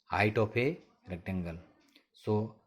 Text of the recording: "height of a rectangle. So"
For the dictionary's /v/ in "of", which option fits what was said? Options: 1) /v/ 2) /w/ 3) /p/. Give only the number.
3